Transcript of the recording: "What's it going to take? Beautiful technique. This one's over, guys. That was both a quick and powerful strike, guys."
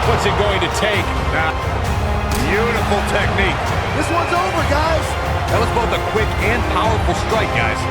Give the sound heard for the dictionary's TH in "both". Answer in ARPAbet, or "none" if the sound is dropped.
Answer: TH